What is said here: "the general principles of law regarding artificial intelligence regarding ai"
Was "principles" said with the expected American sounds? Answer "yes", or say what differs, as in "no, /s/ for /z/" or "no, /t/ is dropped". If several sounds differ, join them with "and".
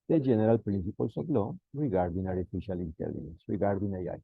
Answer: no, /s/ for /z/